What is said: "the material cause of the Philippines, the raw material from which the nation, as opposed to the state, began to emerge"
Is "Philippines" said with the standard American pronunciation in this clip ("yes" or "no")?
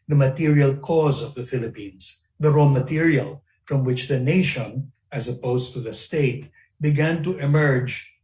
no